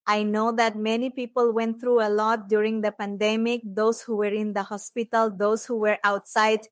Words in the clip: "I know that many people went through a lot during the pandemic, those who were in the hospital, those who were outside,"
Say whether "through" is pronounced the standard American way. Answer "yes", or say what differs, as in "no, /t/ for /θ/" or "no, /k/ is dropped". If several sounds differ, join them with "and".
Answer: no, /t/ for /θ/